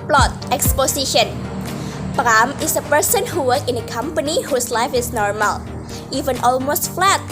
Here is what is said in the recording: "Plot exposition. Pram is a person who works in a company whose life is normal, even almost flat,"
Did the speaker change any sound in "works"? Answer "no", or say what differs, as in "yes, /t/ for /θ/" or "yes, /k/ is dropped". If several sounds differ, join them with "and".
yes, /s/ is dropped